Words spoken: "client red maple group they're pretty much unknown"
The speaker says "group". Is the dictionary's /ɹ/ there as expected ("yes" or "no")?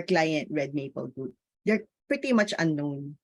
no